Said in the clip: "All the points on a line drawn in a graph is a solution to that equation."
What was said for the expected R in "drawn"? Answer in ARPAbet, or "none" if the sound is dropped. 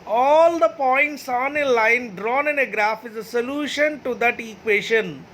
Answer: R